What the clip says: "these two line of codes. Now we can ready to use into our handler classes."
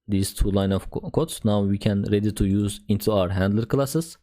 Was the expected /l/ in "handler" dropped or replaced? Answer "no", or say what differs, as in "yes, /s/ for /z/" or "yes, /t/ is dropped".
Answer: no